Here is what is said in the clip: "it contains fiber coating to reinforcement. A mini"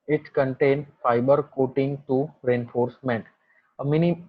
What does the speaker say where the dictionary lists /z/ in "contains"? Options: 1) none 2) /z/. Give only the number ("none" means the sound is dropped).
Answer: 1